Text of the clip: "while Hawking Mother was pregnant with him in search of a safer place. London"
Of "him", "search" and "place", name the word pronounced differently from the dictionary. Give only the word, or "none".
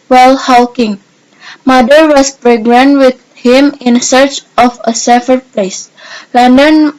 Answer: none